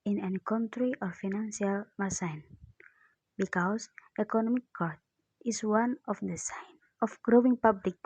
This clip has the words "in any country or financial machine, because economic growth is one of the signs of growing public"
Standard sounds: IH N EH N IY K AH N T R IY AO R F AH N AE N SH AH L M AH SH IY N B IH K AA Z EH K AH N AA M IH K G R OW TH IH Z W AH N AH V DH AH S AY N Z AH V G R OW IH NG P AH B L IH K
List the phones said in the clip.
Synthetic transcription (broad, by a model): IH N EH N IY K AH N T R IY AO R F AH N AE N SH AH L M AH S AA N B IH K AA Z EH K AH N AA M IH K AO R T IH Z W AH N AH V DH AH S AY N AH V G R OW IH NG P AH B L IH K